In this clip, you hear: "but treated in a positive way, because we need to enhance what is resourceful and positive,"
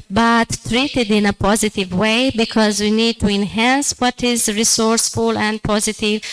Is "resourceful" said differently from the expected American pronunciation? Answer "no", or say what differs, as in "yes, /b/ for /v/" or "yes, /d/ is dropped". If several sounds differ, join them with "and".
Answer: no